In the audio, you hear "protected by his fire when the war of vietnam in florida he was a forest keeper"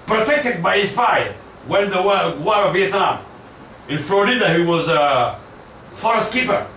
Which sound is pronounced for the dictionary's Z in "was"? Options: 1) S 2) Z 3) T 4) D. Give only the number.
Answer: 2